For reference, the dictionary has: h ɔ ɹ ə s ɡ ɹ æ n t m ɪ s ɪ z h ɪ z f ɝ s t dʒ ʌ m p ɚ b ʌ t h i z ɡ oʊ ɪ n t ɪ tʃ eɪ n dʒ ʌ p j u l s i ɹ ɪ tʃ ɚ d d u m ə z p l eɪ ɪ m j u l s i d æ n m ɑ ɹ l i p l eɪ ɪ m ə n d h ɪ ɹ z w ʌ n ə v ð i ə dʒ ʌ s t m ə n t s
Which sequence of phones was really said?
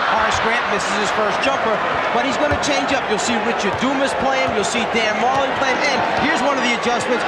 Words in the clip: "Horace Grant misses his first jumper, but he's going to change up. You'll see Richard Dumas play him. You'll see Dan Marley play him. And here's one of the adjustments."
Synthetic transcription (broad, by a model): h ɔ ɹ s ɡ ɹ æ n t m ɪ s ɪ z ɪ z f ɝ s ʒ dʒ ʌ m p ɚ b ʌ t h i z ɡ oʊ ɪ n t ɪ tʃ eɪ n dʒ ʌ p j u l s i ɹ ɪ tʃ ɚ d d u m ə s p l eɪ ɪ m j u l s i d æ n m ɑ l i p l eɪ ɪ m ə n h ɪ ɹ z w ʌ n ə v ð i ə dʒ ʌ s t m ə n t s